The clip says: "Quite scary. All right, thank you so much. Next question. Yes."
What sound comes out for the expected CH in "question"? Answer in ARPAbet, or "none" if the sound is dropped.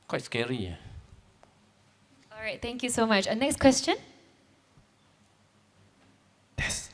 CH